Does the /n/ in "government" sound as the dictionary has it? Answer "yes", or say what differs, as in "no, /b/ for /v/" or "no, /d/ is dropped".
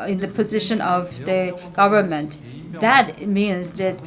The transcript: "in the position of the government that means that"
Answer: yes